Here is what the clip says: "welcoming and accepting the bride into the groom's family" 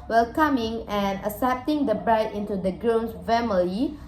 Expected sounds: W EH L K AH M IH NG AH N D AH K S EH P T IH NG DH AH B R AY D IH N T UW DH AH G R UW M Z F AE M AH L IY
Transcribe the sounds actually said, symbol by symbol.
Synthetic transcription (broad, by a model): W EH L K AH M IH NG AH N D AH S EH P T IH NG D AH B R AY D IH N T UW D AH G R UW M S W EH M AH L IY